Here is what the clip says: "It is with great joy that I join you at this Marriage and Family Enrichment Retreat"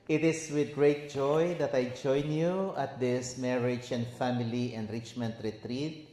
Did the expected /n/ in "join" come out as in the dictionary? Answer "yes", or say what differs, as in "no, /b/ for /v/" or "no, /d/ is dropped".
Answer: yes